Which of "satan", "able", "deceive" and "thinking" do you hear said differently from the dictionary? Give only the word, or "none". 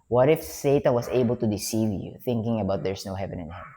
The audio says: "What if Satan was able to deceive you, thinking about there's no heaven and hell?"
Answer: none